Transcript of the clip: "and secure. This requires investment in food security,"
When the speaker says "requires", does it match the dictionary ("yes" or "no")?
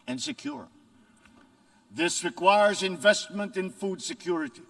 yes